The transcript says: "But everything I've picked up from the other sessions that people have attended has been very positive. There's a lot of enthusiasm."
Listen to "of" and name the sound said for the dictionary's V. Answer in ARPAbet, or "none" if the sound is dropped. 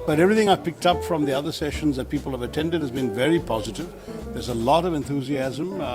V